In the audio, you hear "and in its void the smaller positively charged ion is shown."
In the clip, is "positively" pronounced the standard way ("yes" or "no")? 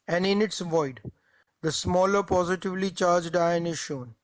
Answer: yes